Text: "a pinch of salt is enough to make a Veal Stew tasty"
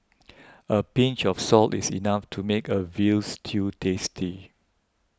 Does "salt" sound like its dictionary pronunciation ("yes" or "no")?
yes